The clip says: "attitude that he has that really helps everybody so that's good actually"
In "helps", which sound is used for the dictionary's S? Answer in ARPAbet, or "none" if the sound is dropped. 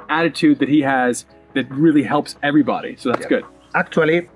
S